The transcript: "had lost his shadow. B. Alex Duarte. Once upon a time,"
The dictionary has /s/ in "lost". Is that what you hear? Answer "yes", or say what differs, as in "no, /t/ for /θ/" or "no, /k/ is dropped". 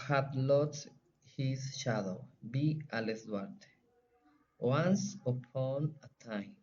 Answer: no, /s/ is dropped